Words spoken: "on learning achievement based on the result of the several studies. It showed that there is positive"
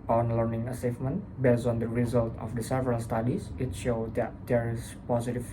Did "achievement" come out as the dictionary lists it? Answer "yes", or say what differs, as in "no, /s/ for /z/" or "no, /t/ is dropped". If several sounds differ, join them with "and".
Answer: no, /s/ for /tʃ/